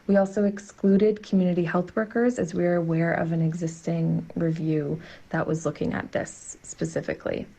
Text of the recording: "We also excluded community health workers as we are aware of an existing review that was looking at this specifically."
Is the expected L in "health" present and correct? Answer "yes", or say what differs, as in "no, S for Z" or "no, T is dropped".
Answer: yes